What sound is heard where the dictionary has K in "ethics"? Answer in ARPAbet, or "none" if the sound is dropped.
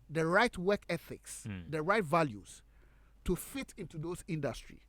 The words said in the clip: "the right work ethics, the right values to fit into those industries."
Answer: K